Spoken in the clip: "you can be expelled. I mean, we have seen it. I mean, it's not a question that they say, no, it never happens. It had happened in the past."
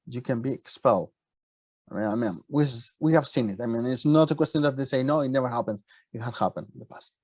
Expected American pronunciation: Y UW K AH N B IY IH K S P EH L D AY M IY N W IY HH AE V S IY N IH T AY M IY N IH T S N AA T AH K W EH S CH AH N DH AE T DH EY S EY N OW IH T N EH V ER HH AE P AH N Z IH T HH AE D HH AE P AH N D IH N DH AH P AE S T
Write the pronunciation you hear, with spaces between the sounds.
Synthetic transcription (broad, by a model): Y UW K AH N B IY IH K S P EH L D AY M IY N W IY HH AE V S IY N IH T AY M IY N IH T S N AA T AH K W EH S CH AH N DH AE T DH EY S EY N OW IH T N EH V ER HH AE P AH N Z IH T HH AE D HH AE P AH N D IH N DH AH P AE S T